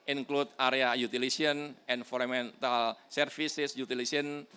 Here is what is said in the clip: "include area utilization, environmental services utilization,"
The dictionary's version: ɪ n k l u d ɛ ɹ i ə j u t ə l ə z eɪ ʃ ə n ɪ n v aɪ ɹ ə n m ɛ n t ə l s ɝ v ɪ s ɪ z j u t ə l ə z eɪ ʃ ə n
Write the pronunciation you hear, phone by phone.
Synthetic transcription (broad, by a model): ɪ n k l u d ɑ ɹ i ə j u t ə l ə s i ə n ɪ n f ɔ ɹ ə m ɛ n t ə l s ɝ f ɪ s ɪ s j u t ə l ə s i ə n